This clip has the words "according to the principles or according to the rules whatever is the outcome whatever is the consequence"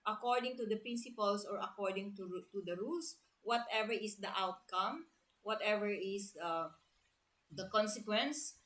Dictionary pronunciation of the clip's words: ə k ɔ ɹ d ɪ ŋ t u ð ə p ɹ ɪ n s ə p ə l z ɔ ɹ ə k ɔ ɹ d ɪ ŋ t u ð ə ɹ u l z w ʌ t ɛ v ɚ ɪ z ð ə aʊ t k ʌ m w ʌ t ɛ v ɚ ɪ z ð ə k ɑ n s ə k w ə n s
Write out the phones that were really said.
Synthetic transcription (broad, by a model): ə k ɔ ɹ d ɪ ŋ t u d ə p ɹ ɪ n s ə p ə l s ɔ ɹ ə k ɔ ɹ d ɪ ŋ t u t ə ɹ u l s w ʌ t ɛ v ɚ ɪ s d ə aʊ t k ʌ m w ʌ t ɛ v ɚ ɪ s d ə k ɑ n s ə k w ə n s